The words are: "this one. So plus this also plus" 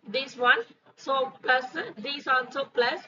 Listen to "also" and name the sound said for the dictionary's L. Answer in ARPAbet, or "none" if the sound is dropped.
N